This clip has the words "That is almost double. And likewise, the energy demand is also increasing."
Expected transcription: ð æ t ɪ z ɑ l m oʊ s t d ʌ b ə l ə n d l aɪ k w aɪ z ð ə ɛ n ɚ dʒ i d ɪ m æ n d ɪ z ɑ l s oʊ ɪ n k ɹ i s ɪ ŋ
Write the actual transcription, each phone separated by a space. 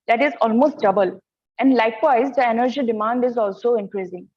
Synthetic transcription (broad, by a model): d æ t ɪ z ɑ l m oʊ s t d ʌ b ə l ə n d l aɪ k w aɪ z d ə ɛ n ɚ dʒ i d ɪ m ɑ n d ɪ z ɑ l s oʊ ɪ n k ɹ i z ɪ ŋ